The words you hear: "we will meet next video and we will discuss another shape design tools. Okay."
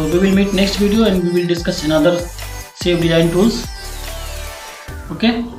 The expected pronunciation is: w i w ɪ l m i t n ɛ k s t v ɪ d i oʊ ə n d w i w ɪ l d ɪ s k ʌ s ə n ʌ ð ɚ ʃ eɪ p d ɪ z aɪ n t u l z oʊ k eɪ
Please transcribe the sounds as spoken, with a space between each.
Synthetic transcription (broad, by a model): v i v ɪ l m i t n ɛ k s t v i d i oʊ ə n d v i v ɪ l d ɪ s k ʌ s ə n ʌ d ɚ s eɪ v d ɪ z aɪ n t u l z oʊ k eɪ